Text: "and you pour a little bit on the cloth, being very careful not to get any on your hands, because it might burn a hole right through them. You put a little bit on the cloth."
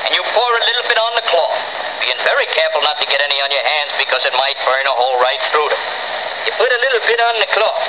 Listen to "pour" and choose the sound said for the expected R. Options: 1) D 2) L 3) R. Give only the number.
3